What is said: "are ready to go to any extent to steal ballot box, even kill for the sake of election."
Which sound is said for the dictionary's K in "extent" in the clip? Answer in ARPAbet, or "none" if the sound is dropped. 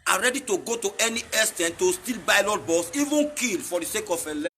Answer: none